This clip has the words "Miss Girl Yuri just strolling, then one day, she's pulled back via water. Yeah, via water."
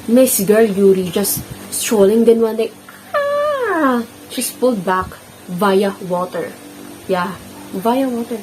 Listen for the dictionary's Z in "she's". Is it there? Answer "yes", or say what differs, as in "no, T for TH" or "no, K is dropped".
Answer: no, S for Z